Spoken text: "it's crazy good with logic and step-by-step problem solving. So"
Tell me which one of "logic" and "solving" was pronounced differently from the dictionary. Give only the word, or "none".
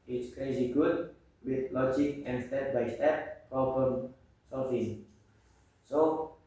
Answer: solving